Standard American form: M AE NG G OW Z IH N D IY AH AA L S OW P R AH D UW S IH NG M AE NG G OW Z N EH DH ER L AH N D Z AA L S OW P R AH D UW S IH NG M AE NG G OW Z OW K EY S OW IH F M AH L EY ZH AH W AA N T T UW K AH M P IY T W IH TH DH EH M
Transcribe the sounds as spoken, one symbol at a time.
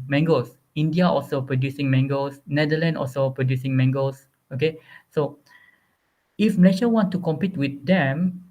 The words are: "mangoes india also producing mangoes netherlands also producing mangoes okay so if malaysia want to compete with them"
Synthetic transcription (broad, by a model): M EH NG G OW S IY N D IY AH AA L S OW P R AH D UW S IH NG M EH NG G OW S N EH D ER L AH N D AA L S OW P R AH D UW S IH NG M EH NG G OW S OW K EY S OW IH F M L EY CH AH W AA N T T UW K AH M P IY T W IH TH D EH M